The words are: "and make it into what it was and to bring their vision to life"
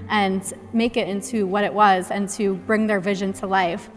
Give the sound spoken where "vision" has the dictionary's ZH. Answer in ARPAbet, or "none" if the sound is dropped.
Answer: ZH